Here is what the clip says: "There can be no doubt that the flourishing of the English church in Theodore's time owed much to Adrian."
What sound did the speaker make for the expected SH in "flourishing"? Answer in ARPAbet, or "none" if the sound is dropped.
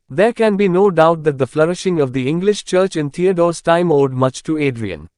SH